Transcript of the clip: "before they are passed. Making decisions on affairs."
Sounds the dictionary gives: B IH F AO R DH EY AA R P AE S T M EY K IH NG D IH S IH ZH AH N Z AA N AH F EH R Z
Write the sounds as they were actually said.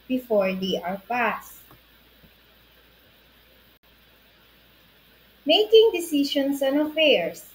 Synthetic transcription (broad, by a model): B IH F AO R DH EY AA R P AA S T M EY K IH NG D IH S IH SH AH N S AA N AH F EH R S